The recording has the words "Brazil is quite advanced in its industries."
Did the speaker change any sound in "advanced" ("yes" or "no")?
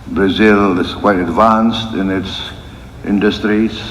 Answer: no